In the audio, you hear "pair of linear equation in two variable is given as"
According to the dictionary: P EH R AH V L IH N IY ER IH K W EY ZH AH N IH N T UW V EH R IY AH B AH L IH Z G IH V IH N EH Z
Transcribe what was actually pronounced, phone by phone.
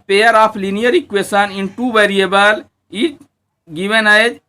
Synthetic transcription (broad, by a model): P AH R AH P L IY N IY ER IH K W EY S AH N IH N T UW V EH R IY AH B AH L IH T G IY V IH N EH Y